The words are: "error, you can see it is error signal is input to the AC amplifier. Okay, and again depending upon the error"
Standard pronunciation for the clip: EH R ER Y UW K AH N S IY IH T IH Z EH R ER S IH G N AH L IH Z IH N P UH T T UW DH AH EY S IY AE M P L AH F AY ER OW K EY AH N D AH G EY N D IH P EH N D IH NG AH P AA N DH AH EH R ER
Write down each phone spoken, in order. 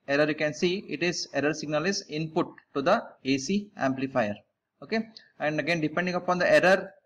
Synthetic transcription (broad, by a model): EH R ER Y UW K AH N S IY IH T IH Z EH R ER S IH G N AH L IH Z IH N P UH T T UW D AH EY S IY AE M P L AH F AY ER OW K EY AH N D AH G EY N D IH P EH N D IH NG AH P AA N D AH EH R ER